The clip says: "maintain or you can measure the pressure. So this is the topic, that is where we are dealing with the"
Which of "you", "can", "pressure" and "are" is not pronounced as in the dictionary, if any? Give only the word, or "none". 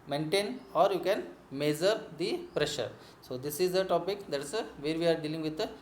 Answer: none